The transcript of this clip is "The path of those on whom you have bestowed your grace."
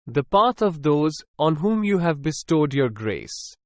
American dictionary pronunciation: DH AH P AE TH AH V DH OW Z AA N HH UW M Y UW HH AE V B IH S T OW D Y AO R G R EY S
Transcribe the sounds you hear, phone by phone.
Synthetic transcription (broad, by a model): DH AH P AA T AH V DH OW Z AA N HH UW M Y UW HH AE V B IH S T OW D Y AO R G R EY S